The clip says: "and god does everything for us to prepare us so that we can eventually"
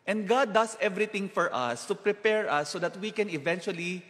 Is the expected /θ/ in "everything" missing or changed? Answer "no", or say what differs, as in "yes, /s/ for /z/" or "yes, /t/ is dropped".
yes, /t/ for /θ/